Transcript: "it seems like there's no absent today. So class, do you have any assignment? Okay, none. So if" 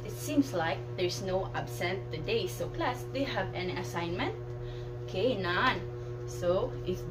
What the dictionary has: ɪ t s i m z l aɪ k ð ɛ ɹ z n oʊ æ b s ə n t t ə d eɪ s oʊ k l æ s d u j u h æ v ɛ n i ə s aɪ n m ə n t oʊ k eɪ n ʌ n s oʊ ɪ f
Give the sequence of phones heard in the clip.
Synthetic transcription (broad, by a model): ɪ t s i m s l aɪ k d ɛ ɹ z n oʊ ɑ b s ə n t t ə d eɪ s oʊ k l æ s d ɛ h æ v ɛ n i ə s aɪ n m ə n t oʊ k eɪ n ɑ n s oʊ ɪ